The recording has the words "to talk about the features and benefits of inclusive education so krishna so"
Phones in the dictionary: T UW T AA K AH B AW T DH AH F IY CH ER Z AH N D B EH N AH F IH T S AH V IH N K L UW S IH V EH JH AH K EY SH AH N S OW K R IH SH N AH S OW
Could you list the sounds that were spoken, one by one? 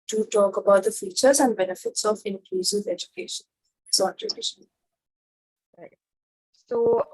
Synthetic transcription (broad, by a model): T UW T AA K AH B AW T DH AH F IY CH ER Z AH N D B EH N AH F IH T S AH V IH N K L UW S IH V EH JH AH K EY SH AH N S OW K IH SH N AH S OW